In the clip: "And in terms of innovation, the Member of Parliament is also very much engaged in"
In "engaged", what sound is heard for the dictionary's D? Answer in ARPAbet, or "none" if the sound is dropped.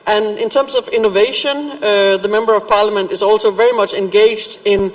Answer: D